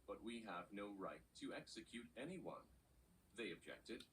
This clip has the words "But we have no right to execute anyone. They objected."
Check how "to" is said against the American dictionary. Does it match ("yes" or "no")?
yes